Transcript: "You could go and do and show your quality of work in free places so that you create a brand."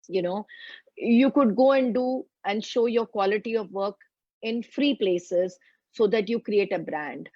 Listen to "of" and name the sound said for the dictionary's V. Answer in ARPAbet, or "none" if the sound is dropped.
V